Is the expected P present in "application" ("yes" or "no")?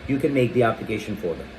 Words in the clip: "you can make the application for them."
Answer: no